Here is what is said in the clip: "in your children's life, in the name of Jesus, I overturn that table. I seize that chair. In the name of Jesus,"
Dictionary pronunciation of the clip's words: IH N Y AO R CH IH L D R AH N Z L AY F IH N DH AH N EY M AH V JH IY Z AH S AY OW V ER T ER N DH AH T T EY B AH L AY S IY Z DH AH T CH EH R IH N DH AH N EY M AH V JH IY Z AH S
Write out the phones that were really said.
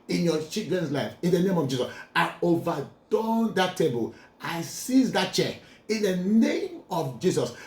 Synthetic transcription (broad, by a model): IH N Y AO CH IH D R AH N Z L AY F IH N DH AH N EY M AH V JH IY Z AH S AY OW V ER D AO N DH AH T T EY B AH L AY S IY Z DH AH T CH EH IH N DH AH N EY M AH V JH IY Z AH S